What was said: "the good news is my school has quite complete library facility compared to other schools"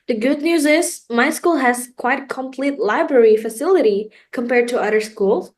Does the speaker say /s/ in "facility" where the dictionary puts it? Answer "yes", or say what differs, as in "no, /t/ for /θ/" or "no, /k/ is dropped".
yes